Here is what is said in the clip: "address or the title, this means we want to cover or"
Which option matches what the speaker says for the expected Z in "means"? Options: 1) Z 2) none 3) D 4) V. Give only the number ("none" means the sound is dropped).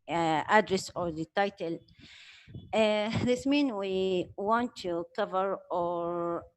2